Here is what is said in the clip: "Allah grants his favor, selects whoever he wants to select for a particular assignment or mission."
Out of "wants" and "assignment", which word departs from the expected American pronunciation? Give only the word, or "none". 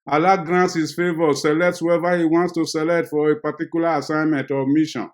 none